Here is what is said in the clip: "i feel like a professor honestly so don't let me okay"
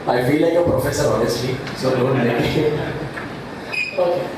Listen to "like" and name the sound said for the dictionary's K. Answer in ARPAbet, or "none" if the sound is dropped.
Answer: none